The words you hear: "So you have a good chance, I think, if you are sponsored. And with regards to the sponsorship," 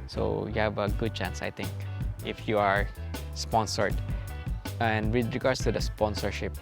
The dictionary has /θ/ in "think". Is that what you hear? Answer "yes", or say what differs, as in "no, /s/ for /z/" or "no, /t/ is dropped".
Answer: no, /t/ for /θ/